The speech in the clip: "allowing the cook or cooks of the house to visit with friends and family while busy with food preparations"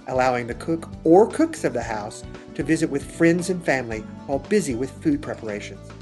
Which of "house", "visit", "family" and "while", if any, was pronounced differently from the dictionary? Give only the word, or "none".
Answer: none